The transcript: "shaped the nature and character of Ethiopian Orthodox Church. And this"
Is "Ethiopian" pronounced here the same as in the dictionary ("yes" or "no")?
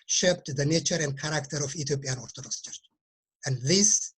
no